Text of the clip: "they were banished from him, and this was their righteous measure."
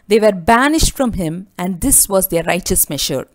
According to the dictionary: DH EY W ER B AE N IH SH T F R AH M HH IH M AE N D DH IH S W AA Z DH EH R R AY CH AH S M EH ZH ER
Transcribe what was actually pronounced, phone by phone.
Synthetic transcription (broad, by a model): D EY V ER B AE N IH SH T F R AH M HH IH M AE N D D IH S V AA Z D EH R R AY CH AH S M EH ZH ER